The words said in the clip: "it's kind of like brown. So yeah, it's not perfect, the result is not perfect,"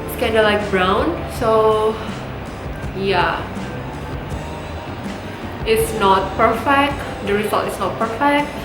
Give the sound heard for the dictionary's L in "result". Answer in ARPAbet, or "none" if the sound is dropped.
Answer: none